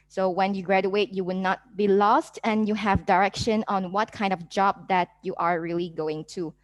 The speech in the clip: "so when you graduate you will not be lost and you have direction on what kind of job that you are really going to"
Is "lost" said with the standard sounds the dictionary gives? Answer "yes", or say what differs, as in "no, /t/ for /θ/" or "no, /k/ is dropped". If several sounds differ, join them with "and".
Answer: yes